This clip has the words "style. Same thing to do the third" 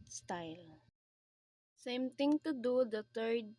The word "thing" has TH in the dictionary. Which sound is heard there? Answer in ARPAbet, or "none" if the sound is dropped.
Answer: T